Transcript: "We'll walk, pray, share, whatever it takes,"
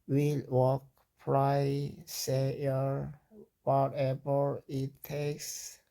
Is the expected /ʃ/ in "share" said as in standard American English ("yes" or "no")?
no